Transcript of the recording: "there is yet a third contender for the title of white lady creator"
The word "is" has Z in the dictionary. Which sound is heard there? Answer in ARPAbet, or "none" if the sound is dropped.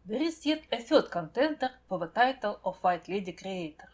S